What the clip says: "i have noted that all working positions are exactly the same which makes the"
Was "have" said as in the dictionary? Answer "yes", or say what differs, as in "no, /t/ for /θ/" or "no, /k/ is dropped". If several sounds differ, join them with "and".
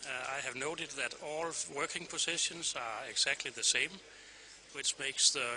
yes